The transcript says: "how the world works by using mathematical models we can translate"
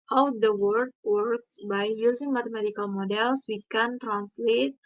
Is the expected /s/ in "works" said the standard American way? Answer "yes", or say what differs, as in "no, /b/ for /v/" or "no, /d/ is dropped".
yes